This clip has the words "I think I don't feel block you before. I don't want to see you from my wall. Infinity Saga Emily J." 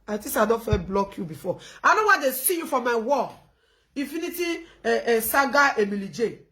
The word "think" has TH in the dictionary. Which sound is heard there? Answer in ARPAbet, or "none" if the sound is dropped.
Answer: T